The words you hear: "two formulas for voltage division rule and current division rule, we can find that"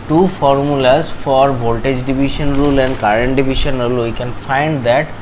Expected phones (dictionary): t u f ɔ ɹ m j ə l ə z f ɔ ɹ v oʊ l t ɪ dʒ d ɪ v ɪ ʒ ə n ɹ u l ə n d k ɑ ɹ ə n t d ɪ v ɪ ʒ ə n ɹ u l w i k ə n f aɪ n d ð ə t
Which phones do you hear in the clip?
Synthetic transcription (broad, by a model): t u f ɔ ɹ m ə l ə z f ɔ ɹ b oʊ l t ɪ dʒ d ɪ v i ʃ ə n ɹ u l ə n d k ɑ ɹ ə n t d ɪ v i ʃ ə n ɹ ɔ l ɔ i k ə n f aɪ n d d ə t